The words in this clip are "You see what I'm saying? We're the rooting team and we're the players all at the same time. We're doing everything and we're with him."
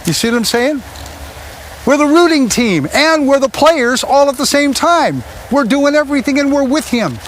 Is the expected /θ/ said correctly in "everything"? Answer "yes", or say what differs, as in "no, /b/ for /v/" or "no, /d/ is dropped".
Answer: yes